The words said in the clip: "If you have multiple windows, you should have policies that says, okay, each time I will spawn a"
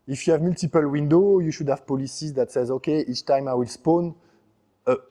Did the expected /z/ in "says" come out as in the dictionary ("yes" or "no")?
yes